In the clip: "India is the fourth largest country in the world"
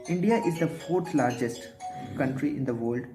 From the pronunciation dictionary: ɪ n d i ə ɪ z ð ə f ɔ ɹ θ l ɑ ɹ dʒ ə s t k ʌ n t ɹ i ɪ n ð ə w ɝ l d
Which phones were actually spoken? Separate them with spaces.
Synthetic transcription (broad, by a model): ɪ n d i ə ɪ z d ə f ɔ ɹ t l ɑ ɹ dʒ ə s t k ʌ n t ɹ i ɪ n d ə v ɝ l d